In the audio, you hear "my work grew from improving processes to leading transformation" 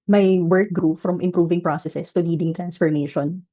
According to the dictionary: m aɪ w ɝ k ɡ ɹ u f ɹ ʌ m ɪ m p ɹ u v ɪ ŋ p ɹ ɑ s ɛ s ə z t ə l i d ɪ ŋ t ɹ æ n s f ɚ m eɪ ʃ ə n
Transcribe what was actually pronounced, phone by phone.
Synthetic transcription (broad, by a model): m aɪ w ɝ k ɡ ɹ u f ɹ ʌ m ɪ m p ɹ u v ɪ ŋ p ɹ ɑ s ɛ s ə s t ə l i d ɪ ŋ t ɹ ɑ n s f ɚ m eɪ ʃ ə n